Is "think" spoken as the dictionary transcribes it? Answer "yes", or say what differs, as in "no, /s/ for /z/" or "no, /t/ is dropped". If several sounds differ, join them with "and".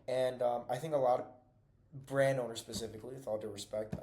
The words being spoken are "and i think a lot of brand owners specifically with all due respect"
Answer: yes